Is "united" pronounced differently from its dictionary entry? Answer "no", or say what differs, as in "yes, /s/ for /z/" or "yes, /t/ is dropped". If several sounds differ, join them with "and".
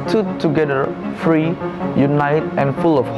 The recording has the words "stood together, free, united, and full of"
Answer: no